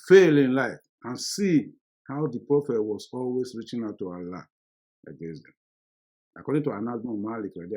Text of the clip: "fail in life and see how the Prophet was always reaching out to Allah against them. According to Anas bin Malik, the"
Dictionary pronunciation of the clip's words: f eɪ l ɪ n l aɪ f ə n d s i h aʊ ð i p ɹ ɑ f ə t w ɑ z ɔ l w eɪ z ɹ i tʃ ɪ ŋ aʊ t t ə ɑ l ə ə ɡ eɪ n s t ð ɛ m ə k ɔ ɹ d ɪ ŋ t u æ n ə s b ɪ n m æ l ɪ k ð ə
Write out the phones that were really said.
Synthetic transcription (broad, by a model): f eɪ l ɪ n l aɪ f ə n s i h aʊ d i p ɹ ɑ f ə t w ɑ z ɔ l w eɪ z ɹ i tʃ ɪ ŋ aʊ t t ə ɑ l ə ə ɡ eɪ s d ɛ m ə k ɔ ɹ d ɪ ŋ t u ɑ n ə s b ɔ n m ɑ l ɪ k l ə